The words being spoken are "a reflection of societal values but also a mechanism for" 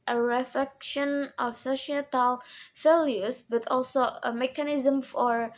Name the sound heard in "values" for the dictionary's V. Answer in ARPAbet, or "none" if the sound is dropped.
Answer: F